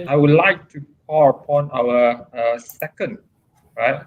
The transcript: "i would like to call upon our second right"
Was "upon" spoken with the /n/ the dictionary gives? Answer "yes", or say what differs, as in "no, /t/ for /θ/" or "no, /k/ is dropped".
yes